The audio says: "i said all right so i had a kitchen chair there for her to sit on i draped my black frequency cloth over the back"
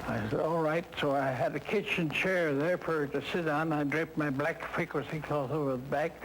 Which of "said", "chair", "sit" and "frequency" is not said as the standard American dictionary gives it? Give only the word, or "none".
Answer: frequency